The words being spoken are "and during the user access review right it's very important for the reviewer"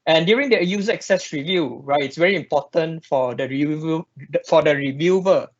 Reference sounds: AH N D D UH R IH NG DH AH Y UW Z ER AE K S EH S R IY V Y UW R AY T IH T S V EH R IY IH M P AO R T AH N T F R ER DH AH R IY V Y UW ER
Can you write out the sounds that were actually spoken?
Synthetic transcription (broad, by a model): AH N D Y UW R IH NG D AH Y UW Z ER K S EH S R IY V Y UW R AY T IH T S V EH R IY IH M P AO T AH N T F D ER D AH R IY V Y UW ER